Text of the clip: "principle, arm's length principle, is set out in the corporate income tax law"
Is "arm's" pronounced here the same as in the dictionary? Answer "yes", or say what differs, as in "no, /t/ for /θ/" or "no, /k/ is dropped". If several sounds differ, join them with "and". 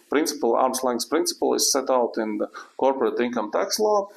no, /s/ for /z/